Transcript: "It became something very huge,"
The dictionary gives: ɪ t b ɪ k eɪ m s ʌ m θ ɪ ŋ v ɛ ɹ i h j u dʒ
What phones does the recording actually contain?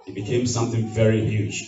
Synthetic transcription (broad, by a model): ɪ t b ɪ k eɪ m s ʌ m θ ɪ ŋ v ɛ ɹ i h j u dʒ